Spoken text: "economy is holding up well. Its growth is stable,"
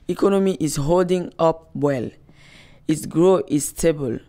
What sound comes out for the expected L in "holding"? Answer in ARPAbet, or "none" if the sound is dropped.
L